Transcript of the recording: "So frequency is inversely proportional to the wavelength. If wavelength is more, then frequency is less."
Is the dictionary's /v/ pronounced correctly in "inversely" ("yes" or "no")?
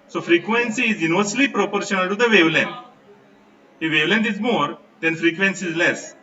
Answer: no